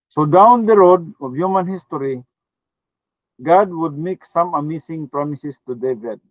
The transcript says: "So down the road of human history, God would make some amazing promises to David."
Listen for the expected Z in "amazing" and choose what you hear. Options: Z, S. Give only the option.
S